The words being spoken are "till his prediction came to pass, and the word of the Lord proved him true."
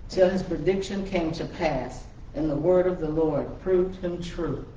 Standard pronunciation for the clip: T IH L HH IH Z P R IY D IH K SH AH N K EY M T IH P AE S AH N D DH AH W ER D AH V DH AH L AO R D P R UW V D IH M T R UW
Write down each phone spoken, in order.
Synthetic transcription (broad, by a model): T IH L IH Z P R IY D IH K SH AH N K EY M T IH P AE S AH N DH AH W ER D AH V DH AH L AO R D P R UW V D IH M T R UW